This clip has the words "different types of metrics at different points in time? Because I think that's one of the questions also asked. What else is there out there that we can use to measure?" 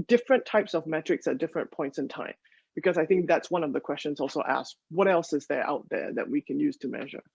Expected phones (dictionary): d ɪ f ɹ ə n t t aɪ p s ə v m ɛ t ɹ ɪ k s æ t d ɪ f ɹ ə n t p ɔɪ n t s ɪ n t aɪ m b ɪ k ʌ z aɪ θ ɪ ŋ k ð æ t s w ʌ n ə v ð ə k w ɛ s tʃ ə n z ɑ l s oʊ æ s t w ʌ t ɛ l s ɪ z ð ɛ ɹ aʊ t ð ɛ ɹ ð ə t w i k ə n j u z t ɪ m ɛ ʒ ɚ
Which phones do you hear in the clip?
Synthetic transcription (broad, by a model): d ɪ f ɹ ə n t t aɪ p s ə v m ɛ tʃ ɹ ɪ k s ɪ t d ɪ f ɹ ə n p ɔɪ n t s ɪ n t aɪ m b ɪ k ʌ z aɪ θ ɪ ŋ k ð æ t s w ʌ n ə v ð ə k w ɛ s tʃ ə n z ɑ l s oʊ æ s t w ʌ t ɛ l s ɪ z ð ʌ ɹ aʊ t ð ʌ ɹ ð ə t w i k ə n j u z t ɪ m ɛ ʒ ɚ